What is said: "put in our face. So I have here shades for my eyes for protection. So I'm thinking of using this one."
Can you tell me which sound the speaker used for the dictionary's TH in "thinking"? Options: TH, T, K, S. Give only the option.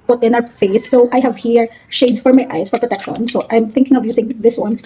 TH